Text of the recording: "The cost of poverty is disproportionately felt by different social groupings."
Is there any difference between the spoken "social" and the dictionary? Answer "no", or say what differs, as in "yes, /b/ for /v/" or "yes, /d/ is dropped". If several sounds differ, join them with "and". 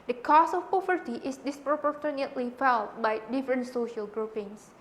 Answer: no